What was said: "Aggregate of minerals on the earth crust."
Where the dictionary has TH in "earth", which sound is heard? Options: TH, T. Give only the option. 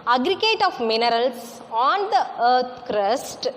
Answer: T